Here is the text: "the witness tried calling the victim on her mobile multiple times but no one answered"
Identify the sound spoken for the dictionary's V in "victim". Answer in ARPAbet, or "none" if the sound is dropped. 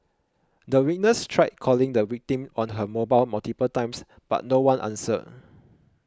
W